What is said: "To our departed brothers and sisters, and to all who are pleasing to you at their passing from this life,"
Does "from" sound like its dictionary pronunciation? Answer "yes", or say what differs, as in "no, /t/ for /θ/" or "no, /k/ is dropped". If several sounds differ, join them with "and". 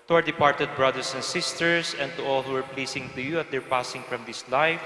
yes